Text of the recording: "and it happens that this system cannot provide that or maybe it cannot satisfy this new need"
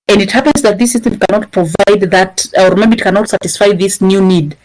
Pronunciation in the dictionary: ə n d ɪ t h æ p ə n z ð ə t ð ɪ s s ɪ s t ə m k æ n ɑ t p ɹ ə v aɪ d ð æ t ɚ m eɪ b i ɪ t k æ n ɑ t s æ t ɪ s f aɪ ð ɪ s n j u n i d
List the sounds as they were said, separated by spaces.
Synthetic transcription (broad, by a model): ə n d ɪ t h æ p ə n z ð ə t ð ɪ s s ɪ s t ə m k æ n ɑ t p ɹ ə v aɪ d ð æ t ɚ m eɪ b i ɪ t k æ n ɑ t s æ t ɪ s f aɪ ð ɪ s n j u n i d